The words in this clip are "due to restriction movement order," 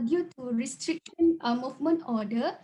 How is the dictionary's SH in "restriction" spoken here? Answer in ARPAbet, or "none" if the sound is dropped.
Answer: none